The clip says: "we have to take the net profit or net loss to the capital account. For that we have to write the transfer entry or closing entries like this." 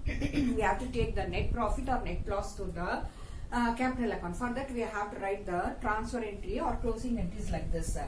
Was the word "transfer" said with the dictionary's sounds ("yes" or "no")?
no